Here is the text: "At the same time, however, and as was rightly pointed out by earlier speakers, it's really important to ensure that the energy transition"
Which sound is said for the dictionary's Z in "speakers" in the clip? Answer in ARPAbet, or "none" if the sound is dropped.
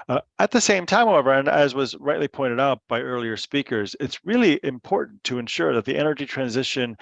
Z